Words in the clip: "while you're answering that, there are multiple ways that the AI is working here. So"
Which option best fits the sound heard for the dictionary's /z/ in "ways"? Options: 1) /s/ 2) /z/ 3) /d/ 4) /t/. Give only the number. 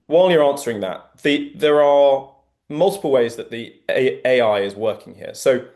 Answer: 2